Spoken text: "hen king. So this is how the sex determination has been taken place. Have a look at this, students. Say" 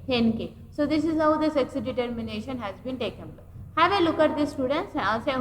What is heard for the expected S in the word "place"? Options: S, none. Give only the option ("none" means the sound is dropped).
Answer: none